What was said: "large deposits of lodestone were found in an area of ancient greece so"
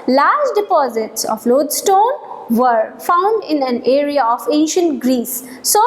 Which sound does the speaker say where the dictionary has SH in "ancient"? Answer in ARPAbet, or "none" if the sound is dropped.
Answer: SH